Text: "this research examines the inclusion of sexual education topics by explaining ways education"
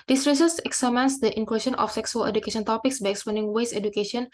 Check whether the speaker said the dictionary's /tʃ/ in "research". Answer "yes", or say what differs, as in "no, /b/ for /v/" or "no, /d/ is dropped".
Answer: no, /s/ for /tʃ/